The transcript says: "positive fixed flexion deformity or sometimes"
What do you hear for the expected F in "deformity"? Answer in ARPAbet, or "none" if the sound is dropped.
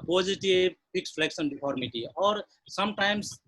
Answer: P